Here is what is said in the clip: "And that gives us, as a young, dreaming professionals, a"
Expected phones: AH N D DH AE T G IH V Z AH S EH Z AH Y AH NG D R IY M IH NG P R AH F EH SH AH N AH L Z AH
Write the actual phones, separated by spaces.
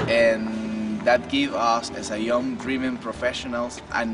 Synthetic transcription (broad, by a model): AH N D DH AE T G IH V AH S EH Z AH Y AH NG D R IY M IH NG P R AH F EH SH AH N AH L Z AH